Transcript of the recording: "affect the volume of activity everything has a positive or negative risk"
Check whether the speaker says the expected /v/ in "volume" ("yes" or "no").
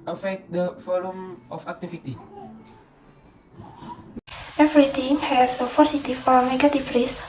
no